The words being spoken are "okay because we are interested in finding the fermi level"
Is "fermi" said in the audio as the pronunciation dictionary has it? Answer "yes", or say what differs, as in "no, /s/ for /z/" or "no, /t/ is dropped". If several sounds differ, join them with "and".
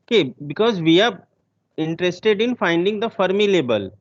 yes